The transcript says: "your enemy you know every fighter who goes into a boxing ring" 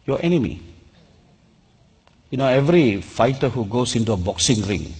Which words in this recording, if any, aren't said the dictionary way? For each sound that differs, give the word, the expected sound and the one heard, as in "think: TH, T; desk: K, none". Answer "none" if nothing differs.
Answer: goes: Z, S